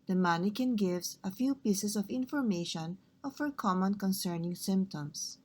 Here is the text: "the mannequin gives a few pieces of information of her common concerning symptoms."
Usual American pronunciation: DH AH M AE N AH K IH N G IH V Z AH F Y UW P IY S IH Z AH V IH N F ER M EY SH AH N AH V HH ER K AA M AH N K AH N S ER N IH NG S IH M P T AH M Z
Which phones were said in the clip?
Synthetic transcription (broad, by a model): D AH M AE N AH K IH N G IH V S AH F Y UW P IY S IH S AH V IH N F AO M EY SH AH N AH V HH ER K AA M AH N K AH N S ER N IH NG S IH M P T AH M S